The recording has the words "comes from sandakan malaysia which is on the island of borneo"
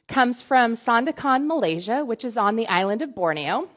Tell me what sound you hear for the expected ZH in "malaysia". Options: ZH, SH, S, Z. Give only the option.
ZH